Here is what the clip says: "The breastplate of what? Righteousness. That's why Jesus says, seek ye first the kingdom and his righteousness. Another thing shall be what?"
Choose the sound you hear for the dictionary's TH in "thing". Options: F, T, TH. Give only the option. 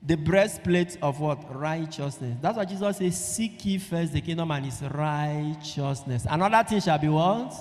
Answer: T